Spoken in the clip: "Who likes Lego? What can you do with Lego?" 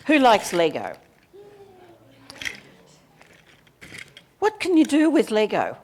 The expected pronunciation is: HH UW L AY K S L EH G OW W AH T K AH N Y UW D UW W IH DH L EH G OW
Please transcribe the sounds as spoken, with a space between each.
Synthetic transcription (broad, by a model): HH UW L AY K S L EH G OW W AH T K AH N Y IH D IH W IH DH L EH G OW